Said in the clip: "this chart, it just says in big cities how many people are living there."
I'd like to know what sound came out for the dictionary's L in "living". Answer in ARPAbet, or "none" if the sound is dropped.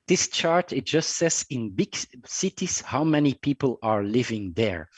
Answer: L